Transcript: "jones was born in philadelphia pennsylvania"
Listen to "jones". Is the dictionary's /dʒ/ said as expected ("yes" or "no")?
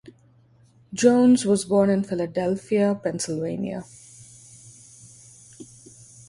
yes